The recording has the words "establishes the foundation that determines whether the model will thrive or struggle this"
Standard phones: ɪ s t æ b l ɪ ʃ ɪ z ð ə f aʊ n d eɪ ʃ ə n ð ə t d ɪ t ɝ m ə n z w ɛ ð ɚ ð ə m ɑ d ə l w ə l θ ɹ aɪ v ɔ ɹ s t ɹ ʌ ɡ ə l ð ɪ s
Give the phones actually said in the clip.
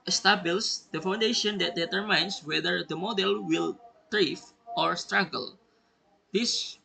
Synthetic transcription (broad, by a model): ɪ s t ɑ b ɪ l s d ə f aʊ n d eɪ ʃ ə n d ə t d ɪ t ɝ m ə n s w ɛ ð ɚ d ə m ɑ d ə l w ə l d ɹ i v ɔ ɹ s t ɹ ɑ ɡ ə l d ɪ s